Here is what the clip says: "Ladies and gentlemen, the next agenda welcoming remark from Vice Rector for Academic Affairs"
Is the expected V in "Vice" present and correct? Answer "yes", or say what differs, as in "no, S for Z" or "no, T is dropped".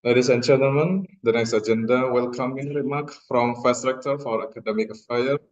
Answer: no, F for V